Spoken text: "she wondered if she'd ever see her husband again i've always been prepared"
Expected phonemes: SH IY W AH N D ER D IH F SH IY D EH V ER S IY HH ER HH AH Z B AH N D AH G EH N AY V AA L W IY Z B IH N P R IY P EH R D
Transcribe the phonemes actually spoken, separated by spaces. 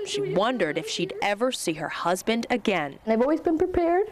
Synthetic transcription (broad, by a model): SH IY W AH N D ER D IH F SH IY D EH V ER S IY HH ER HH AH Z B AH N D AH G EH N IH V AA L W IY Z B IH N P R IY P EH R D